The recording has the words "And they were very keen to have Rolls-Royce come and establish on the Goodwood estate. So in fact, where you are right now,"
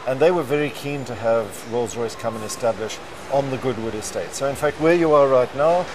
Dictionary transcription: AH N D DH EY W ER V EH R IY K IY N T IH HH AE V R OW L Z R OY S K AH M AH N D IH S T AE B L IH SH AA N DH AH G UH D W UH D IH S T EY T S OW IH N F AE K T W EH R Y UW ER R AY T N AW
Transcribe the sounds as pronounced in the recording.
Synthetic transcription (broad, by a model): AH N DH EY W ER V EH R IY K IY N T IH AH V R OW L Z R OY S K AH M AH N IH S T AE B L IH SH N DH AH G UH D W UH D IH S T EY T S OW IH N F AE K T W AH R Y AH ER R AY T N AW